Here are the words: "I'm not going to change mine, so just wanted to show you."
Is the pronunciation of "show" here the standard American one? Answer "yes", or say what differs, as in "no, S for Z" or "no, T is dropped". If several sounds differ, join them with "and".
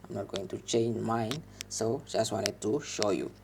yes